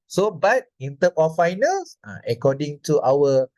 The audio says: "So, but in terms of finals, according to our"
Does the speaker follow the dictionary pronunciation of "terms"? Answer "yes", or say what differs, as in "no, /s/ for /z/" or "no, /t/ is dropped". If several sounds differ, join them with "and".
no, /z/ is dropped